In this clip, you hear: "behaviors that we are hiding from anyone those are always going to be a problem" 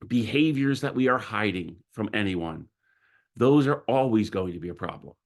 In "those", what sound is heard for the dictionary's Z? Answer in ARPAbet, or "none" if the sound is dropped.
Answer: Z